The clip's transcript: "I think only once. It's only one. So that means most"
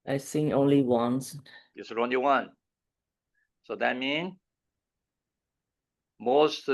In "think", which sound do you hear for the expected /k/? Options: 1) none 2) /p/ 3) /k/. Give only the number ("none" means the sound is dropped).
1